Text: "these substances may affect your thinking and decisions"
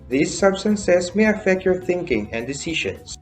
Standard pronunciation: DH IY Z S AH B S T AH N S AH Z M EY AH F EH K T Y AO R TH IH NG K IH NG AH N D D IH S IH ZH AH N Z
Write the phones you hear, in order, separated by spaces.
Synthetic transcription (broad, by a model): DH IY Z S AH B S T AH N S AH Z M EY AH F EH K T Y AO R TH IH NG K IH NG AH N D D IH S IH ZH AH N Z